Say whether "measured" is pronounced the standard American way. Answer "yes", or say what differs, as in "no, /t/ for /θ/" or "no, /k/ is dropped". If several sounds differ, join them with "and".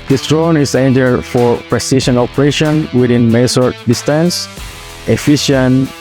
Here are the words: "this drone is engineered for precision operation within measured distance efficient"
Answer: no, /s/ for /ʒ/